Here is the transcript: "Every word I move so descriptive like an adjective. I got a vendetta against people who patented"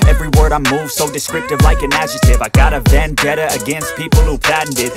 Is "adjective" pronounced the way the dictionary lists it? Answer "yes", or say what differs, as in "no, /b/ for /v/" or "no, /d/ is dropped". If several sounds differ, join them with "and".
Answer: no, /k/ is dropped